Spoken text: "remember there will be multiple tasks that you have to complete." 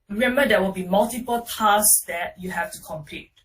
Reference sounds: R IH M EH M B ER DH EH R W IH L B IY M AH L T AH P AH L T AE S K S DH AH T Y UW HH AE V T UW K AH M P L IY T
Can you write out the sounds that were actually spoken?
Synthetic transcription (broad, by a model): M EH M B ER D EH W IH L B IY M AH L T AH P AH L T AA S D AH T Y UW HH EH F T UW K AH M P L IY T